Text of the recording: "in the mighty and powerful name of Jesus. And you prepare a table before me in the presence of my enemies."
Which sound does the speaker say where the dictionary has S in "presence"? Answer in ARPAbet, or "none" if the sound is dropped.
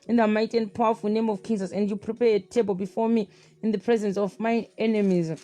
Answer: S